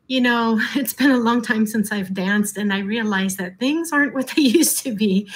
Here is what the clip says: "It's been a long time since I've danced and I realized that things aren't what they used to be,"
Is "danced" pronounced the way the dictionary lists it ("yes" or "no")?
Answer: yes